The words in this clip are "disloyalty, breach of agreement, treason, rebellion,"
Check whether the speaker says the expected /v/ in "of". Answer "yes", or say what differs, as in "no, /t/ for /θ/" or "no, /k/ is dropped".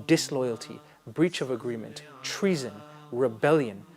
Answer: yes